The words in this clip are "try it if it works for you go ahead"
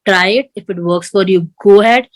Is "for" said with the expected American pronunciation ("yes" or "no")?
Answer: yes